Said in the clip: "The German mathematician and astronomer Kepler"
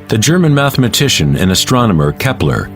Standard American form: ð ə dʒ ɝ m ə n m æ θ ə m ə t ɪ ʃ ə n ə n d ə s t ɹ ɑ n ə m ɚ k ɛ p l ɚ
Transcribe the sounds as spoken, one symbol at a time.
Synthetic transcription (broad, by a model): ð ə dʒ ɝ m ə n m æ θ ə m ə t ɪ ʃ ə n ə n ə s t ɹ ɑ n ə m ɚ k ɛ p l ɚ